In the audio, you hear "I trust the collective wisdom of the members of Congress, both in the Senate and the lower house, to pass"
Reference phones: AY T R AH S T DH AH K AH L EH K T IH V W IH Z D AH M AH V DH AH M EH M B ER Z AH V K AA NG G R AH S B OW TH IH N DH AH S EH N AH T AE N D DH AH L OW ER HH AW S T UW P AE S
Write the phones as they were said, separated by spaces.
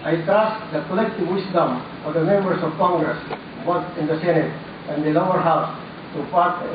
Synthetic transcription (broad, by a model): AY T AA S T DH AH K AH L EH K T IH V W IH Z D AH M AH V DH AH M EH M B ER S AH V K AA NG G R AH S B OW T IH N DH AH S EH N AH T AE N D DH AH L OW ER HH AW S T UW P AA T